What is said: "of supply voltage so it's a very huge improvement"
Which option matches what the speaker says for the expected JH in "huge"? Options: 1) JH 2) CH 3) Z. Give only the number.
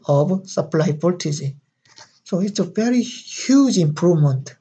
1